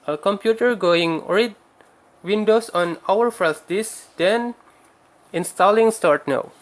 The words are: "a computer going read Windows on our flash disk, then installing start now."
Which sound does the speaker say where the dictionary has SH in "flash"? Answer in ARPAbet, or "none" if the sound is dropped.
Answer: S